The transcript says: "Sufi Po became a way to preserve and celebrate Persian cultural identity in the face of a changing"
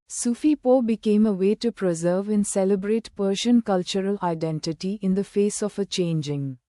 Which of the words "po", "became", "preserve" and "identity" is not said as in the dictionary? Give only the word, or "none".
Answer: none